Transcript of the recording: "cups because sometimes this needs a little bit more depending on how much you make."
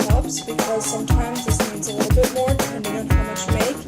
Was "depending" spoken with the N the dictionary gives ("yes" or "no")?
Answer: no